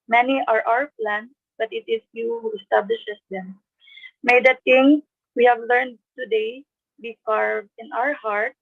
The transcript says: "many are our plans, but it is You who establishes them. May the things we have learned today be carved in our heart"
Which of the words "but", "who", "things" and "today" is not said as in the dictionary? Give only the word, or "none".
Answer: things